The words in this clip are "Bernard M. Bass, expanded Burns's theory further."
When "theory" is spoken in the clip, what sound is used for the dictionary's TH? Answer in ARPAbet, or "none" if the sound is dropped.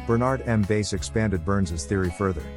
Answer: TH